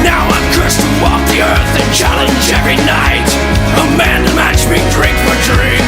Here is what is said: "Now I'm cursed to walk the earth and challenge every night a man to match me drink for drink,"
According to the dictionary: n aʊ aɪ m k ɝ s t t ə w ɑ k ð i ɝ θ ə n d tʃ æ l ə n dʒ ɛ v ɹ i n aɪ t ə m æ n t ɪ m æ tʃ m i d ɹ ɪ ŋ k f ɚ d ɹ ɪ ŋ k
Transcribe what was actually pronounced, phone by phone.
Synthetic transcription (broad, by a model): n aʊ aɪ m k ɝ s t t ə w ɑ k ð i ɝ θ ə n tʃ æ l ə n dʒ ɛ v ɹ i n aɪ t ə m æ n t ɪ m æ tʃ m i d ɹ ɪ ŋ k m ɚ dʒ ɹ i